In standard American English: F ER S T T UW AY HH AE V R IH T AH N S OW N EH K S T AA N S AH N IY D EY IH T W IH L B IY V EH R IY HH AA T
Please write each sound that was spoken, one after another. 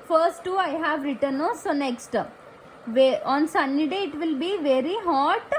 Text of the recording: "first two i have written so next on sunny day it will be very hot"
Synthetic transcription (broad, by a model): F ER S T T UW AY HH AE V R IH T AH N S OW N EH K S T AA N S AH N IY D EY IH T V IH L B IY V EH R IY HH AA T